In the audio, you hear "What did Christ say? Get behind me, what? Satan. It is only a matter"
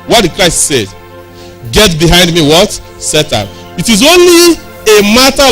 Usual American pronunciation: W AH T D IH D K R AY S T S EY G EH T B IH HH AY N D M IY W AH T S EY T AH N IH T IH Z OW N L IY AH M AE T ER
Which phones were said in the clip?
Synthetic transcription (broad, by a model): W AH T D IH D K R AY S T S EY G EH T B IH HH AY N D M IY W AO T S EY T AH IH T IH Z OW N L IY AH M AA T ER